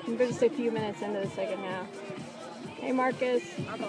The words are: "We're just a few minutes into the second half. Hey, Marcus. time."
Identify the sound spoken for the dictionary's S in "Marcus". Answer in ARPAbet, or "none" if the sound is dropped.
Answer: S